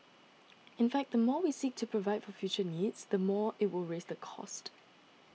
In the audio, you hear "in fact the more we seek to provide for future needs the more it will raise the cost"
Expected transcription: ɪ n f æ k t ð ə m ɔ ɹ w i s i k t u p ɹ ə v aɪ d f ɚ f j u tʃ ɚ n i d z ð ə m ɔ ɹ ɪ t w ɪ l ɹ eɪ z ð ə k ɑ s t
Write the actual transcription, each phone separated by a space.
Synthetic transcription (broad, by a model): ɪ n f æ k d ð ə m ɔ w i s i k t u p ɹ ə v aɪ d f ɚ f j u tʃ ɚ n i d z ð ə m ɔ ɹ ɪ t w ɪ l ɹ eɪ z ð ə k ɑ s t